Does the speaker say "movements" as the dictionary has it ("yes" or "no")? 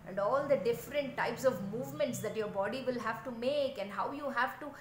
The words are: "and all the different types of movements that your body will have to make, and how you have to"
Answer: yes